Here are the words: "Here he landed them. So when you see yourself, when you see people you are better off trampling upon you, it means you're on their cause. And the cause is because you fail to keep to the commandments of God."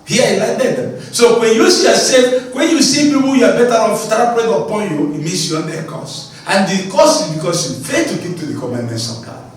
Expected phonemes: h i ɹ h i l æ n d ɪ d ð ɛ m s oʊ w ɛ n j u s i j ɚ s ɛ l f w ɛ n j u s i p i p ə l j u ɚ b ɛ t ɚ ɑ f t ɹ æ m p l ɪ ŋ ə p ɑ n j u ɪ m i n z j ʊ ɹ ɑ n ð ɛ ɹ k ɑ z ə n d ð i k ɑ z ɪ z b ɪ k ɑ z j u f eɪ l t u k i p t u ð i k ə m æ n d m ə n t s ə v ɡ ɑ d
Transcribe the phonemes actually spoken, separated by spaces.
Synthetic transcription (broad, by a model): h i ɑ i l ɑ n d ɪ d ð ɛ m s oʊ w ɛ n j u s i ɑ s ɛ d w ɛ n j u s i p i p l j u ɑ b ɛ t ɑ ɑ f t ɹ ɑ p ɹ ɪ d ə p ɑ n j u ɪ m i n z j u ɑ n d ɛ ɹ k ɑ s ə n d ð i k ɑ s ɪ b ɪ k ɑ s j u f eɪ t u k i p t u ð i k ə m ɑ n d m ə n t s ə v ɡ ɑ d